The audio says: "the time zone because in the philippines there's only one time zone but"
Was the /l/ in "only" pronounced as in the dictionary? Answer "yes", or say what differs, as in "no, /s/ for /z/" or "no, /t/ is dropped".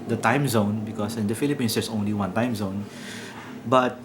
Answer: yes